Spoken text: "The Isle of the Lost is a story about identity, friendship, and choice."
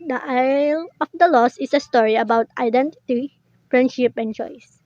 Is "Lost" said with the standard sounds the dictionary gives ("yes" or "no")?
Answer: no